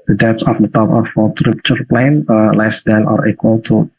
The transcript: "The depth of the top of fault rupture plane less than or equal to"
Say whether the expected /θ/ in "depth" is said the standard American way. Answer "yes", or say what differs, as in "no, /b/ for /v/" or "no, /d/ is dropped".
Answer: no, /s/ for /θ/